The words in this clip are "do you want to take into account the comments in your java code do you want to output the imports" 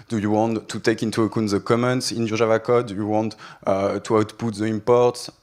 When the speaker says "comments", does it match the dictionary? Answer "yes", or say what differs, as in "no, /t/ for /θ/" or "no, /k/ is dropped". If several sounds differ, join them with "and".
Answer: yes